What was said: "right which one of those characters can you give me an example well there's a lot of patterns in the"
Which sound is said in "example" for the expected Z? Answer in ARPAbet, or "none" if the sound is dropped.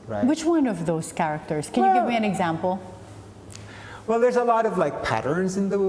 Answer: Z